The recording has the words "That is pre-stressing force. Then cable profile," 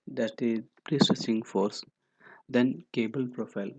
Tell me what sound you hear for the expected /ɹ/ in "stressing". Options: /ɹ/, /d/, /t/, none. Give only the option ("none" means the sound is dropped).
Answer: none